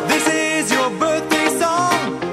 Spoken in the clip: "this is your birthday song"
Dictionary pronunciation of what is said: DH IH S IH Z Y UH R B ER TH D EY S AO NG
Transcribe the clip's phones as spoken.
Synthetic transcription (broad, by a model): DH IH S IH Z Y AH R B ER TH D EY S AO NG